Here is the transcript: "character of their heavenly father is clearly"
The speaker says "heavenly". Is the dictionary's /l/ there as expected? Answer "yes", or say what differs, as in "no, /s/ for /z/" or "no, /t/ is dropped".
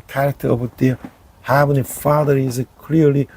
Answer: no, /l/ is dropped